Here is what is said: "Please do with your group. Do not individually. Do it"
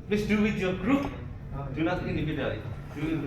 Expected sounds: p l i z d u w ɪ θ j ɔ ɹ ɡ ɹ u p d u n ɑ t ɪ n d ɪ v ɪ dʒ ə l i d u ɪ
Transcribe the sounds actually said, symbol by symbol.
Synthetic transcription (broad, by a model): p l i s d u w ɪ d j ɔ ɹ ɡ ɹ u p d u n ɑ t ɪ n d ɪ b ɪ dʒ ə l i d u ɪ